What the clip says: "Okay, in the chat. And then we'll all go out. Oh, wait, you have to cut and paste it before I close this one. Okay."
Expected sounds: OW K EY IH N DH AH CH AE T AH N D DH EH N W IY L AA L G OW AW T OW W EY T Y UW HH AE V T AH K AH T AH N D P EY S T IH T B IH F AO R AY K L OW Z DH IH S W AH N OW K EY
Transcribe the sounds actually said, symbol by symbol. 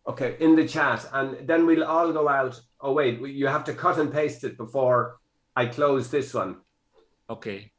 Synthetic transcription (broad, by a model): OW K EY IH N DH AH CH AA T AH N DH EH N W IY L AA L G OW AW T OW W EY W Y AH HH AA F T AH K AH T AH N P EY S T IH T B IH F AO R AY K L OW Z DH IH S W AH N OW K EY